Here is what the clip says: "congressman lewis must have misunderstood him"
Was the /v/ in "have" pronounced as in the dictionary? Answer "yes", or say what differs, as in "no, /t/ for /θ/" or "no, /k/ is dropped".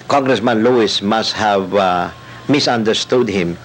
yes